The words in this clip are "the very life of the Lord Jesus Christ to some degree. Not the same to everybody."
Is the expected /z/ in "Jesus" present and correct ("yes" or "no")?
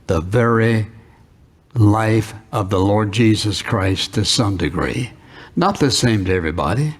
yes